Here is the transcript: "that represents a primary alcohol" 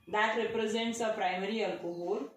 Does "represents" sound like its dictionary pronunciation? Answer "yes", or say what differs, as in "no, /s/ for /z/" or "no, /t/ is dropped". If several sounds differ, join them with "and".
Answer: yes